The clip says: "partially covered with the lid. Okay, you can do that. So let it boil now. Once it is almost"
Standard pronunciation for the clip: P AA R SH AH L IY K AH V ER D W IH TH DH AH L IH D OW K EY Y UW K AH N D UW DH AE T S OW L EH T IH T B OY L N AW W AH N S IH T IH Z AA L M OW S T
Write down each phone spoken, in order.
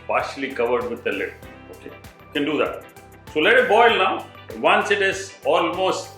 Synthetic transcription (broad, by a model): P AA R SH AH L IY K AH V ER D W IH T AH L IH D OW K EY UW K AH N D UW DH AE T S OW L EH T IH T B OY L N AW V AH N S IH T IH Z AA L M OW S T